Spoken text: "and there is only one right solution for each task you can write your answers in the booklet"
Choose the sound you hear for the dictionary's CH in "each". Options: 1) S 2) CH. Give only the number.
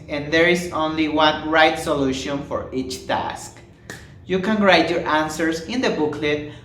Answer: 2